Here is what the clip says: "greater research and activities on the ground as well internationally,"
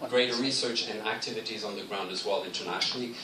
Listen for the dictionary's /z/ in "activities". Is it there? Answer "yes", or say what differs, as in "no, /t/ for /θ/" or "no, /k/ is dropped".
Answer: yes